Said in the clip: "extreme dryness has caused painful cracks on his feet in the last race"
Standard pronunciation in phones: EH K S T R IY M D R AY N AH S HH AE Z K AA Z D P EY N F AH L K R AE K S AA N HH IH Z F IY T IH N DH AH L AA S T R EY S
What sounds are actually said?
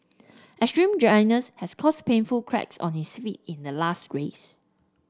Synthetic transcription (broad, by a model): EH S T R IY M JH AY N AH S HH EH S K AA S P EY N F AH L K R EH K S AA N HH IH S F IY T IH N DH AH L AA S T R EY S